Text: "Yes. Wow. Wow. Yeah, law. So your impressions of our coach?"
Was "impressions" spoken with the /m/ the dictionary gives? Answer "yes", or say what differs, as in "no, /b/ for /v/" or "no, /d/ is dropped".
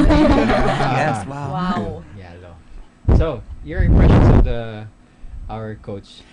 no, /m/ is dropped